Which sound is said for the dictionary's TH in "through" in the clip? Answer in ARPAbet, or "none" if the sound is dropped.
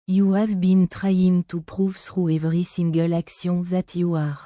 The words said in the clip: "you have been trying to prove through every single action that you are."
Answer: S